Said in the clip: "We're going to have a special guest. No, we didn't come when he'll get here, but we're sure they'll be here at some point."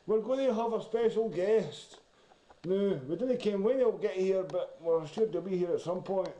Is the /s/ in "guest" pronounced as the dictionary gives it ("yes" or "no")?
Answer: yes